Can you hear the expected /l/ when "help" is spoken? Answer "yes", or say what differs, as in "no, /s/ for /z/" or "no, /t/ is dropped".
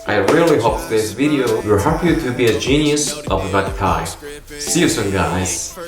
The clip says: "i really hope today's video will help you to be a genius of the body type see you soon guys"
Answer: no, /l/ is dropped